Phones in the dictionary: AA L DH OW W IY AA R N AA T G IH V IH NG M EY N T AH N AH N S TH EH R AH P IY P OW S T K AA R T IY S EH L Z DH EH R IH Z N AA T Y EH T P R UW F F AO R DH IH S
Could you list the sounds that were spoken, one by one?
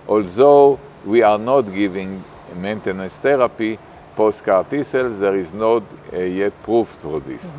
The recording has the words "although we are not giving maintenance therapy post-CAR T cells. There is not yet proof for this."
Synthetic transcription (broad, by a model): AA L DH OW W IY AA R N AA T G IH V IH NG M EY N T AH N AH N S T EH R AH P IY P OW S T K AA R T IY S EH L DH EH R IH Z N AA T Y EH T P R UW F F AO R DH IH S